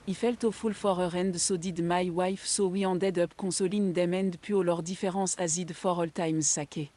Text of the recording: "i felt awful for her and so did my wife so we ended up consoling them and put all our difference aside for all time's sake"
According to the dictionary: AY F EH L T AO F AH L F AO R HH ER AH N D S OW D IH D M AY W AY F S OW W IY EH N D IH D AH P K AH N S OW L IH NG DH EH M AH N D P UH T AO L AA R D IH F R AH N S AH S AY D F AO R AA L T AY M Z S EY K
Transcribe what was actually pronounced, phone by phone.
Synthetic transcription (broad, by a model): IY F EH L T AO F AH L F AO R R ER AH N D S OW D IH D M AY W AY F S OW W IY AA D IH D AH P K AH S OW L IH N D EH M AH N D P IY AO L AA R D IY F R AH S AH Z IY D F AO R AA L T AY M Z S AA K